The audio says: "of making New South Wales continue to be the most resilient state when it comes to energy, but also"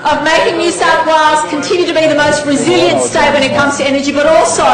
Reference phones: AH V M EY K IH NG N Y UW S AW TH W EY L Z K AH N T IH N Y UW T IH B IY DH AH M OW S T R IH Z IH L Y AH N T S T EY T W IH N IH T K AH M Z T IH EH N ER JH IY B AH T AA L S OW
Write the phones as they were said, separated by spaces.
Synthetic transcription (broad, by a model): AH V M EY K IH NG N Y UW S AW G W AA Z K AH N T IH N Y UW T IH B IY DH AH M OW S T R IH Z IH L Y AH N T S T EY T W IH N IH T K AH M Z T IH EH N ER JH IY B AH T AA L S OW